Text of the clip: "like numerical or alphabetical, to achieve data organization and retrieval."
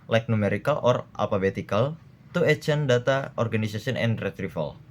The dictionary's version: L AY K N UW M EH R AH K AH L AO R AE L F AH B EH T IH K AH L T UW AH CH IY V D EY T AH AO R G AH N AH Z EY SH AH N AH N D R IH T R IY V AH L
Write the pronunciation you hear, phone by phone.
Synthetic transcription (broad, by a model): L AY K N UW M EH R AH K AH L AO R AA L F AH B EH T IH K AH L T UW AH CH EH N D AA T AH AO R G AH N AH S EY S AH N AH N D R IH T R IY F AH L